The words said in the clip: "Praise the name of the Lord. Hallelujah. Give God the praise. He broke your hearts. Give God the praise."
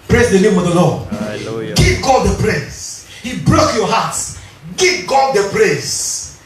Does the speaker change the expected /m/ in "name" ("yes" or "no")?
no